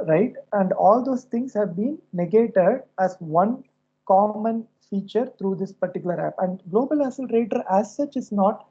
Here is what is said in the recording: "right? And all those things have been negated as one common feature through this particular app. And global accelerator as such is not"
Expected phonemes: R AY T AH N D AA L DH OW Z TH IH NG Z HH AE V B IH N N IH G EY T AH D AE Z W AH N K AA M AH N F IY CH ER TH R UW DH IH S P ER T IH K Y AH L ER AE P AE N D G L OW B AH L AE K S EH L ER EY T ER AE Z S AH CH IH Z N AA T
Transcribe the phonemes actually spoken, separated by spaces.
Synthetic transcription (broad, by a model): R AY T AH N D AA L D OW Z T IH NG S HH AE V B IH N N IH G EY T AH D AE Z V AH N K AA M AH N F IY CH ER T R UW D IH S P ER T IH K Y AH L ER AE P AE N D G L OW B AH L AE S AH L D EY T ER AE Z S AH CH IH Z N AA T